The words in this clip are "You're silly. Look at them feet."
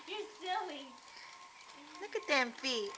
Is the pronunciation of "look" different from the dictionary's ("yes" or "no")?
no